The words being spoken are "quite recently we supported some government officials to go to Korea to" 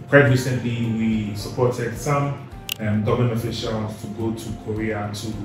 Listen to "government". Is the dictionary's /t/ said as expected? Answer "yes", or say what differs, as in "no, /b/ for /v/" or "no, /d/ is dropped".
no, /t/ is dropped